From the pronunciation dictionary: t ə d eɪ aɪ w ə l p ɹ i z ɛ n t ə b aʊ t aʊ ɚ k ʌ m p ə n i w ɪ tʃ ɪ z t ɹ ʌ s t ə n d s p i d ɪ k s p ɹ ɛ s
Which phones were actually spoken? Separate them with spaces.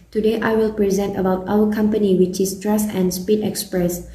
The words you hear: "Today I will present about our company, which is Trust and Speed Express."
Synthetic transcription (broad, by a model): t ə d eɪ aɪ w ə l p ɹ i z ɛ n t ə b aʊ t aʊ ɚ k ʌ m p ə n i w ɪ tʃ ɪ s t ɹ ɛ s ə n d s p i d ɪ k s p ɹ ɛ s